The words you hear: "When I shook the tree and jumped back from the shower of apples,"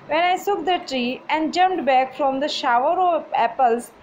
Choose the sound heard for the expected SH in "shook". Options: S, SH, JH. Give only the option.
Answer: S